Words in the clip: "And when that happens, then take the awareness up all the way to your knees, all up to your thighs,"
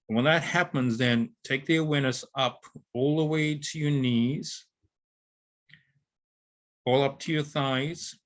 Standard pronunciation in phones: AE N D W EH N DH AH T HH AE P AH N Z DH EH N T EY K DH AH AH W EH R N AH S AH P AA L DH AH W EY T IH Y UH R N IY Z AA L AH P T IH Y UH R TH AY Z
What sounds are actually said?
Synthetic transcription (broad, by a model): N W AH N DH AH T HH AE P AH N Z DH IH N T EY K DH AH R W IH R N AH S AH P AA L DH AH W EY T IH Y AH R N IY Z AA L AH P T IH Y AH R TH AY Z